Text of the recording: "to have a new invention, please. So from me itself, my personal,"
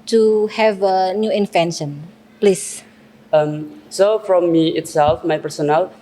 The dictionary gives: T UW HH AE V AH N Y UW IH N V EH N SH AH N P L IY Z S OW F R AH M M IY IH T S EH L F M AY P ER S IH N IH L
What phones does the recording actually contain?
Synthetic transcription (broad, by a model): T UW HH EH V AH N Y UW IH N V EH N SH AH N P L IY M S OW F R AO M M IY IH T S EH L F M AY P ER S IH N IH L